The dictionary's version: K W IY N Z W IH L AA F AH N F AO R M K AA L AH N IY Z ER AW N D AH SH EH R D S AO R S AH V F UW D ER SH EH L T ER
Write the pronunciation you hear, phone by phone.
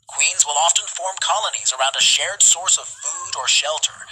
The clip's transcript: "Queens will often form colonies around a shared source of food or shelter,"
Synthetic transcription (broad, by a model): K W IY N Z W IH L AA F AH N F AO R M K AA L AH N IY Z ER AW N D AH SH EH R D S AO R S AH V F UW D ER SH EH L T ER